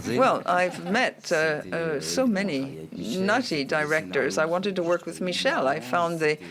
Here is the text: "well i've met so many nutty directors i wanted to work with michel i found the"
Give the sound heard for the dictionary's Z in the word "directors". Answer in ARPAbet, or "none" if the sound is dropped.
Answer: Z